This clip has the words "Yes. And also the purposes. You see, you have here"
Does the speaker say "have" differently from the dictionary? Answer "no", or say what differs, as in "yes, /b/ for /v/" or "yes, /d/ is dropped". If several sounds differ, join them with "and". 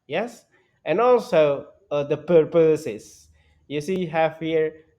yes, /f/ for /v/